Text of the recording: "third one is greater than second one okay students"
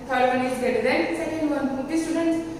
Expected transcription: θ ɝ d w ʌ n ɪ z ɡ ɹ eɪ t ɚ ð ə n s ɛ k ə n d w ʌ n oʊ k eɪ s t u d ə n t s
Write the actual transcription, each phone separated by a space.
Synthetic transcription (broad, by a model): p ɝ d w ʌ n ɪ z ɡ eɪ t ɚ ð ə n s ɛ k ə n d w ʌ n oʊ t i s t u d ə n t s